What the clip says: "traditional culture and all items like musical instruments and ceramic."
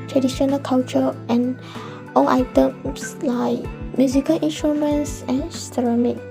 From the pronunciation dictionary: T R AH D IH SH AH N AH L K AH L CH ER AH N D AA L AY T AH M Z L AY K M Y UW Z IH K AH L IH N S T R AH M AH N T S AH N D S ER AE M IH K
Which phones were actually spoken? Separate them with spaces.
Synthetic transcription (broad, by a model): T R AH D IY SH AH N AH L K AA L CH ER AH N AA L AY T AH M S L AY K M Y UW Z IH K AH L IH N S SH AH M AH N S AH N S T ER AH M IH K